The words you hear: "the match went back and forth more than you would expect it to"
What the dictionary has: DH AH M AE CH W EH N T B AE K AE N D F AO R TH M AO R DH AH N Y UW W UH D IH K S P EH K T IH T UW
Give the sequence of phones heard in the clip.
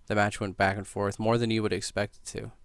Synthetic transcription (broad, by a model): DH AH M AE CH W EH N B AE K N F AO R TH M AO R DH AH N Y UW W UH D IH K S P EH K T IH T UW